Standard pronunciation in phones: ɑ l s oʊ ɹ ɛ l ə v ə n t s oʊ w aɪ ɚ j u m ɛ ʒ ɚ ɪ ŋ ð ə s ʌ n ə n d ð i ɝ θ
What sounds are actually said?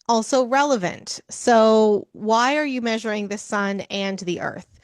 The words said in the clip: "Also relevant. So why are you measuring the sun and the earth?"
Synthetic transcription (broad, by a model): ɑ l s oʊ ɹ ɛ l ə v ə n t s oʊ w aɪ ɚ j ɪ m ɛ ʒ ɚ ɪ ŋ ð ə s ʌ n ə n ð i ɝ θ